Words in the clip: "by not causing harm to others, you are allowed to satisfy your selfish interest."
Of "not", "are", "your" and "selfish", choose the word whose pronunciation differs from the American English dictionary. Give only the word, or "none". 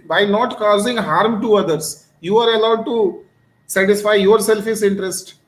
selfish